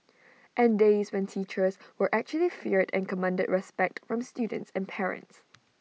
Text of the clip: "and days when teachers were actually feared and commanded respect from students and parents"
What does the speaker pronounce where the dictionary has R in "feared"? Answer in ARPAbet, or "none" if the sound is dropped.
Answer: R